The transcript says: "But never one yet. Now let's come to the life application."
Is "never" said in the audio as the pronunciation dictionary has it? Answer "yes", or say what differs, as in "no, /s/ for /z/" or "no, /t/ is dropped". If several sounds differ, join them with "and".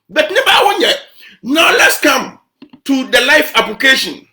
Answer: no, /b/ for /v/